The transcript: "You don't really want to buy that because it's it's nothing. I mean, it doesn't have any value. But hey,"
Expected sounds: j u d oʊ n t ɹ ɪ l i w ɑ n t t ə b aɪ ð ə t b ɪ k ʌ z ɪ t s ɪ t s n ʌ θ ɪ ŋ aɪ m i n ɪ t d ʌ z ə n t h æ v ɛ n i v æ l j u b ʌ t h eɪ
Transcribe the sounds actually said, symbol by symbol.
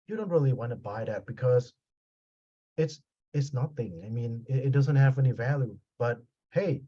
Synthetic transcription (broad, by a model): j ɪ d oʊ n t ɹ ɪ l i w ɑ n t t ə b aɪ ð ə t b ɪ k ʌ z ɪ t s ɪ t s n ʌ θ ɪ ŋ aɪ m i n ɪ t d ʌ z ə n t h æ v ɛ n i v æ l j u b ʌ t h eɪ